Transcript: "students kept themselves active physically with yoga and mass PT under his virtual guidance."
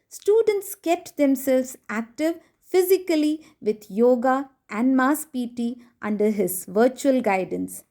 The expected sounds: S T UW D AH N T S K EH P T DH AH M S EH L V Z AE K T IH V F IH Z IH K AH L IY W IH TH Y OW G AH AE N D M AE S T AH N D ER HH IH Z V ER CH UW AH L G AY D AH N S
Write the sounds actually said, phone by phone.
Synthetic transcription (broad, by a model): S T UW D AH N T S K EH P T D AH M S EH L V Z AE K T IH V F IH Z IH K AH L IY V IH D Y OW G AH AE N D M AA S T AH N D ER HH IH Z V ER CH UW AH L G AY D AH N S